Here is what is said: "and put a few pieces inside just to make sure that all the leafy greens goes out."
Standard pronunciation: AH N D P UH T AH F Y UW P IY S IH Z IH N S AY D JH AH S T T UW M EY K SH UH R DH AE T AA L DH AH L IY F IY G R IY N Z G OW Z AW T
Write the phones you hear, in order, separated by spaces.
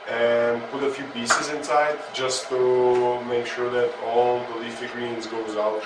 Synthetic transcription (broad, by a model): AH N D P UH T AH F Y UW B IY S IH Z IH N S AY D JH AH S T T UW M EY K SH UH R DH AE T AA L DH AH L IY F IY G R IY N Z G OW Z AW T